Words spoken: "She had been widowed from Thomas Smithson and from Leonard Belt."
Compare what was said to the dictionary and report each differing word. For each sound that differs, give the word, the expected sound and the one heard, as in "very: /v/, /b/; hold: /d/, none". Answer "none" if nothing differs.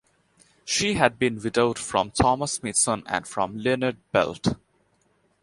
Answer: smithson: /θ/, /t/